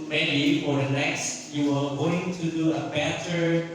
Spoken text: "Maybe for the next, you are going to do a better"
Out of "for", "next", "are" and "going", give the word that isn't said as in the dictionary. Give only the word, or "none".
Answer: are